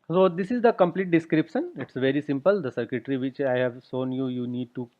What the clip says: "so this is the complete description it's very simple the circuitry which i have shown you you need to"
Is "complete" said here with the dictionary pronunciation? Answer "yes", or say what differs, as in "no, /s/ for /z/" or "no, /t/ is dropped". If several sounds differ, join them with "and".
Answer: yes